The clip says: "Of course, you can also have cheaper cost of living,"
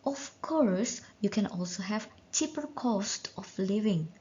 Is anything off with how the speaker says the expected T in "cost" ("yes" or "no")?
no